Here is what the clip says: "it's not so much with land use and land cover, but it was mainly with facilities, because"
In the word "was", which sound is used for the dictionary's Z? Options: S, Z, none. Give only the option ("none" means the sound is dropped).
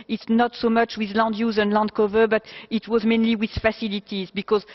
Z